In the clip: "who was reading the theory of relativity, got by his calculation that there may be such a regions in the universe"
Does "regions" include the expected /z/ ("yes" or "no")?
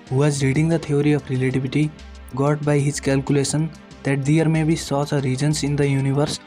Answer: no